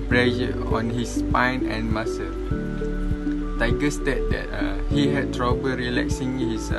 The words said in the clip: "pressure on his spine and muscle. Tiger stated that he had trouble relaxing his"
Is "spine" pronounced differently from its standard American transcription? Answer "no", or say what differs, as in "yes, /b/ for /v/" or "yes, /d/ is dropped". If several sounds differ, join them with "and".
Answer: no